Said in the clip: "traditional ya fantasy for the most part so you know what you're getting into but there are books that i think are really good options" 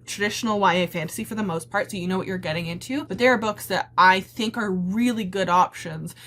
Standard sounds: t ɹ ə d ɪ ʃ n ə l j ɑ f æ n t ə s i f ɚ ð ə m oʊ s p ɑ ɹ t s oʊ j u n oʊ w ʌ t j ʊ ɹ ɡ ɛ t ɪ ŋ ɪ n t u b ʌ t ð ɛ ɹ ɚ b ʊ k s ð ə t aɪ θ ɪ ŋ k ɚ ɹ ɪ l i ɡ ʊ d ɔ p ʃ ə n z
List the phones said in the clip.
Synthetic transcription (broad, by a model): t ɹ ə d ɪ ʃ n l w ɑ f æ n t ə s i f ɚ ð ə m oʊ s p ɑ ɹ t s oʊ j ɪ n oʊ w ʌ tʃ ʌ ɹ ɡ ɛ t ɪ ŋ ɪ n t u b ʌ t ð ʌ ɹ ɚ b ʊ k s ð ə t aɪ θ ɪ ŋ k ɚ ɹ ɪ l i ɡ ʊ d ɔ p ʃ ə n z